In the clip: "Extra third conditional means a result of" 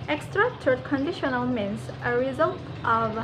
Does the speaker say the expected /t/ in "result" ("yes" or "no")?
yes